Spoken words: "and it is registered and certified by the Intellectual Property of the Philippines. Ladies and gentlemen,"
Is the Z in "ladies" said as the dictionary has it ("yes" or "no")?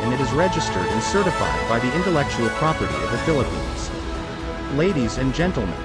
yes